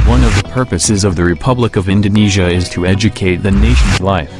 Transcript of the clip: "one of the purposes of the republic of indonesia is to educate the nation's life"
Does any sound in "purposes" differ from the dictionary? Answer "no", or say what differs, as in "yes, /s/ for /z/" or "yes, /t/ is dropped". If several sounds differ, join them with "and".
no